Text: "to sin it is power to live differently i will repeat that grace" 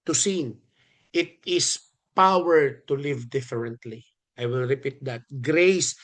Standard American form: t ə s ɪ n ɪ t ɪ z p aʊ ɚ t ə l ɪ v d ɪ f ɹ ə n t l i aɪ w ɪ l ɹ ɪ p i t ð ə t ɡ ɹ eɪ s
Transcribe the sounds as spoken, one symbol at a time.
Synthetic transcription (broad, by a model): t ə s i n ɪ t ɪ s p aʊ ɚ t ə l ɪ v d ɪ f ɹ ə n t l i aɪ w ɪ l ɹ ɪ p i t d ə t ɡ ɹ eɪ s